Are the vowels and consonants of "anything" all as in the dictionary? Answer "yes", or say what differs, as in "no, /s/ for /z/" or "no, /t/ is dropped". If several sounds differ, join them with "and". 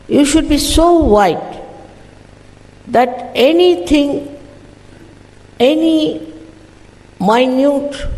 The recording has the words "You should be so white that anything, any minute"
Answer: no, /t/ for /θ/